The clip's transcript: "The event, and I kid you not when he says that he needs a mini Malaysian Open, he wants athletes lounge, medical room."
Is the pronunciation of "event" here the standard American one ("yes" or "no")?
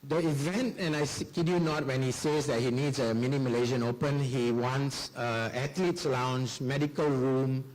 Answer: yes